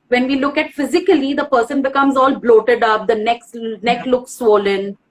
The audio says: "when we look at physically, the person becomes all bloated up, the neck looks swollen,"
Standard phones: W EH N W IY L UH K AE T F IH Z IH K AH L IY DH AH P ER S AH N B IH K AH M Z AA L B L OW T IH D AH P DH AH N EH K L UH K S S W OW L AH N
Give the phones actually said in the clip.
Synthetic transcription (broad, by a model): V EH N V IY L UH K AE T F IH Z IH K AH L IY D AH P ER S AH N B IH K AH M Z AA L B L OW T IH D AH P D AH N EH K L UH K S S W OW L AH N